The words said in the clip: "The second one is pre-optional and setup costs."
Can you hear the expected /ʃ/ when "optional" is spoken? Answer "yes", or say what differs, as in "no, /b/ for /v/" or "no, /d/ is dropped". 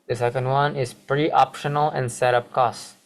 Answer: yes